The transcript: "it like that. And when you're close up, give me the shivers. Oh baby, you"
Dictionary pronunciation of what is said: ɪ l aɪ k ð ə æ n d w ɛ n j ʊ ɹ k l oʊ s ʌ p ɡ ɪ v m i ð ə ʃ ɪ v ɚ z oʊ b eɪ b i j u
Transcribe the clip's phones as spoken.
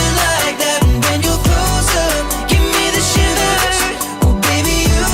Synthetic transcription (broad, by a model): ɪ l aɪ k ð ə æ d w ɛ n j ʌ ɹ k oʊ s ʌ ɡ ɪ v m i ð ə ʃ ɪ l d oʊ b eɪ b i j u